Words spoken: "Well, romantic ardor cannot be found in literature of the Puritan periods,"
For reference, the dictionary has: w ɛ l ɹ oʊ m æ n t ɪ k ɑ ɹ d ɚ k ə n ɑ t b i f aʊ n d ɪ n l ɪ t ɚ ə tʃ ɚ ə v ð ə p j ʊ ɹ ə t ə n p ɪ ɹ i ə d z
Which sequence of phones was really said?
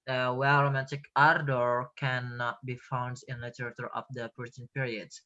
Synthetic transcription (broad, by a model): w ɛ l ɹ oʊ m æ t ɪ k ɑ ɹ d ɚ k ə n ɑ t b i f aʊ n d ɪ n l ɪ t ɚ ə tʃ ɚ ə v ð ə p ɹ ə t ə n p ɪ ɹ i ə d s